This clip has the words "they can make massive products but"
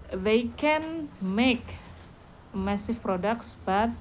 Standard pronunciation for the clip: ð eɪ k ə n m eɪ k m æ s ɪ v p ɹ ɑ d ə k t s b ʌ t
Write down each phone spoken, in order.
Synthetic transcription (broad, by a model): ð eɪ k ə n m eɪ k m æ s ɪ f p ɹ ɑ d ə k t s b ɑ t